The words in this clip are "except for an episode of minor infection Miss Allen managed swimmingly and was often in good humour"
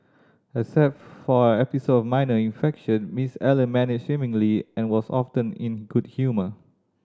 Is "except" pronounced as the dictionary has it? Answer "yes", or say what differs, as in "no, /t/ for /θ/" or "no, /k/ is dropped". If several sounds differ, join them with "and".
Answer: no, /k/ is dropped